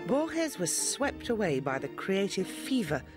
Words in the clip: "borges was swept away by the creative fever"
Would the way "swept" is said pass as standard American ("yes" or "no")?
yes